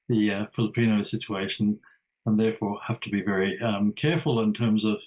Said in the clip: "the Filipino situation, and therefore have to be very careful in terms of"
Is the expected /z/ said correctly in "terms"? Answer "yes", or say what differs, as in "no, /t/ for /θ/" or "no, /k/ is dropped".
yes